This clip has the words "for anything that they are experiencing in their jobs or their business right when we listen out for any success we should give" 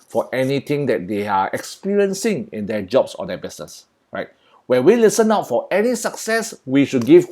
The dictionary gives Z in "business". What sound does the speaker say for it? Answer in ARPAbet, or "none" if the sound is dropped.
S